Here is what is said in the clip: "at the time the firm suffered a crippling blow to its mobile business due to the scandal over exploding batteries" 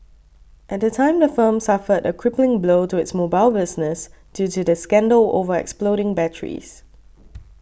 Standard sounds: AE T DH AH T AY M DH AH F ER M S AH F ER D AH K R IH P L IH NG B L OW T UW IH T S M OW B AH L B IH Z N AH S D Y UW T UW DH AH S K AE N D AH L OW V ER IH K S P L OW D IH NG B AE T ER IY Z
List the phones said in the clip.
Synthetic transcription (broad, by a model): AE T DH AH T AY M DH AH F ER M S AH F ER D AH K R IH P L IH NG B L OW T UW IH T S M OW B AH L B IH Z N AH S D Y UW T UW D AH S K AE N D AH L OW V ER IH K S P L OW D IH NG B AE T ER IY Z